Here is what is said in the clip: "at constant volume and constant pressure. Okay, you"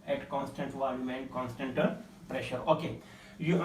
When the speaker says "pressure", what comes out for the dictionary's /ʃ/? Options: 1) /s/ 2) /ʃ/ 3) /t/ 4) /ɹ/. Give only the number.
2